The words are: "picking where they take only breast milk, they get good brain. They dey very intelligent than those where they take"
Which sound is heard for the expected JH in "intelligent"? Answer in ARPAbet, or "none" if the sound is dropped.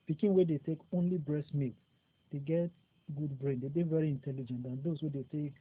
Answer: JH